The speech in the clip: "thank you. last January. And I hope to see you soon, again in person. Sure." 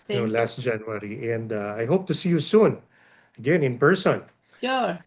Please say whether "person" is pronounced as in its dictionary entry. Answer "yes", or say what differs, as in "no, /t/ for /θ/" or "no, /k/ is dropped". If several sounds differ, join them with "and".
yes